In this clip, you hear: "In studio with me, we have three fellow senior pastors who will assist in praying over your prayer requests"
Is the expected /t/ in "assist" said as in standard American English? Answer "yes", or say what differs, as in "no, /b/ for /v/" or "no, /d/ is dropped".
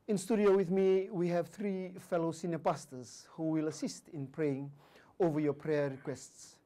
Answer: yes